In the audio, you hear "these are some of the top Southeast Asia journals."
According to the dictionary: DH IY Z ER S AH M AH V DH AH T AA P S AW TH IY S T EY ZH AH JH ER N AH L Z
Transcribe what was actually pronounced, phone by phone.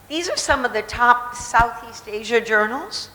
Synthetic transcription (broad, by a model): DH IY Z ER S AH M AH V DH AH T AA P S AW TH IY S T EY ZH AH JH ER N L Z